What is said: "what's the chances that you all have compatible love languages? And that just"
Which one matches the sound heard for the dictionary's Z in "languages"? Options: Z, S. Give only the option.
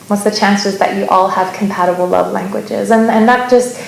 Z